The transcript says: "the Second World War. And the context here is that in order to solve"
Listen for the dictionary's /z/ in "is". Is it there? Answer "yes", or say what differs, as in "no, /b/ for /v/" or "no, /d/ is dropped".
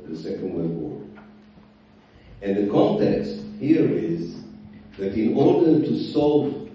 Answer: yes